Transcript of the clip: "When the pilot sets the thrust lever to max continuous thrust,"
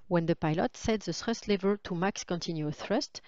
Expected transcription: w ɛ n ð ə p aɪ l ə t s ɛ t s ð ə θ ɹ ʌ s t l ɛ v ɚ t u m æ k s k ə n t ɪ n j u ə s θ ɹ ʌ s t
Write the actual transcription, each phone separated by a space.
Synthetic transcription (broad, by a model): w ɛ n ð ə p aɪ l ə t s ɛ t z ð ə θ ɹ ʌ s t l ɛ v ɚ t u m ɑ k s k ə n t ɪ n j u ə θ ɹ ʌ s t